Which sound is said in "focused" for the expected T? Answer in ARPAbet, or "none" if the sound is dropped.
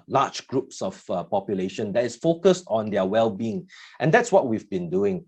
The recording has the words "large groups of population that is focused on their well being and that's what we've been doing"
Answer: T